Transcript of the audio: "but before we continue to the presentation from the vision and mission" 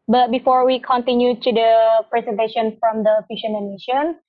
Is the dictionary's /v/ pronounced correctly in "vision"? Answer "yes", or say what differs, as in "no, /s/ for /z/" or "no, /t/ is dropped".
no, /f/ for /v/